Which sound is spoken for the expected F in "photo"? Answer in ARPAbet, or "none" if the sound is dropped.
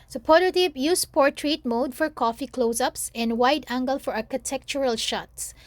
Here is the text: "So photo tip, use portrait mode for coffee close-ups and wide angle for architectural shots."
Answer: P